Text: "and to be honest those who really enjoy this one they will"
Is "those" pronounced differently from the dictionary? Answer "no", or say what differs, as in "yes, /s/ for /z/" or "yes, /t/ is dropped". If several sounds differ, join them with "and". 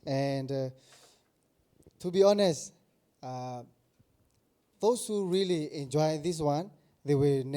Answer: yes, /s/ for /z/